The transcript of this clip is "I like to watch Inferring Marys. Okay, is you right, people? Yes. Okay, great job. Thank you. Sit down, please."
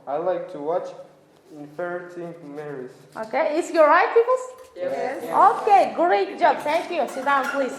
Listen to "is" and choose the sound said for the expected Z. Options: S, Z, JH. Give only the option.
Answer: S